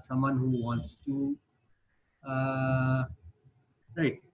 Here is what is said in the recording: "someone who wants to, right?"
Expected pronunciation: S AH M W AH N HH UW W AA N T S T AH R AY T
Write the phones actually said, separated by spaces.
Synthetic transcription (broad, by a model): S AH M W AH N HH UW W AA N T S T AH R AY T